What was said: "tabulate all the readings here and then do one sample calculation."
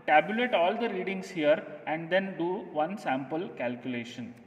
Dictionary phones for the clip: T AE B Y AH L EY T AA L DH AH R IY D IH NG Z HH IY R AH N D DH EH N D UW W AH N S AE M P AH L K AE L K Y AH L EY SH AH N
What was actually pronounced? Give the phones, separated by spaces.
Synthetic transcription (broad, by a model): T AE B Y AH L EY T AA L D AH R IY D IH NG S HH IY R AH N D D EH N D UW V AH N S AE M P AH L K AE L K Y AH L EY SH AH N